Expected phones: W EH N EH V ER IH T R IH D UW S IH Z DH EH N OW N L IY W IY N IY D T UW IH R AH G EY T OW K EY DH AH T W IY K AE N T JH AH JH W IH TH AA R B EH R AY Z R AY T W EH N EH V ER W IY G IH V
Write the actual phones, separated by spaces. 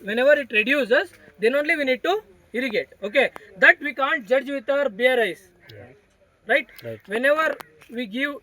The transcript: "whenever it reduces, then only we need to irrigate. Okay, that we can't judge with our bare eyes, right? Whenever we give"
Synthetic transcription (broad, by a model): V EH N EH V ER IH T R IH D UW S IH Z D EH N OW N L IY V IY N IY D T UW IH R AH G EY T OW K EY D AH T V IY K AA N T JH AH JH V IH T AA R B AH R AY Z R AY T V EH N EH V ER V IY G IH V